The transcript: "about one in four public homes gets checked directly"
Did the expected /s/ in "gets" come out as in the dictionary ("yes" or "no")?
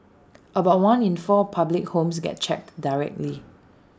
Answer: no